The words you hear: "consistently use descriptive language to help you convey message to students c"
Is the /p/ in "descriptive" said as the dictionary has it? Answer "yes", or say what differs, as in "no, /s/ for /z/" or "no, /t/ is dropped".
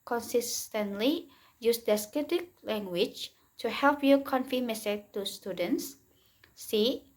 no, /p/ is dropped